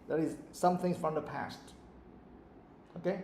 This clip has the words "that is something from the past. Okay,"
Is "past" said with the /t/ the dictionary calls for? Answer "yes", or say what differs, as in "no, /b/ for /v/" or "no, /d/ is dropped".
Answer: yes